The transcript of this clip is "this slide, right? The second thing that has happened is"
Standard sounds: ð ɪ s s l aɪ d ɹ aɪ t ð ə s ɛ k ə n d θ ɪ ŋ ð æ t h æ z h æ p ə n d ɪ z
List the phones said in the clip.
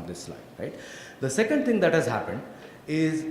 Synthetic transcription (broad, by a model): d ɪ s s l aɪ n ɹ aɪ t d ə s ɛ k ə n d t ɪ ŋ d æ t h æ z h æ p ə n d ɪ z